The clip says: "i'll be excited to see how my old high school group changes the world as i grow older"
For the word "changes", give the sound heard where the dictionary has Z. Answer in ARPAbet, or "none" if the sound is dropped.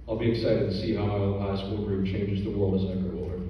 Z